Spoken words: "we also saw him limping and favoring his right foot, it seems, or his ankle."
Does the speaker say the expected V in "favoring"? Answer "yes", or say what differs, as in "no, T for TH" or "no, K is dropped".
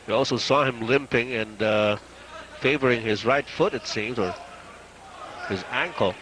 yes